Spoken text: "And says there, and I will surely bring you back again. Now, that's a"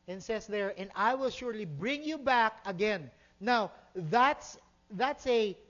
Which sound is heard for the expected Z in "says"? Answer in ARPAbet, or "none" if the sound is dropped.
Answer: S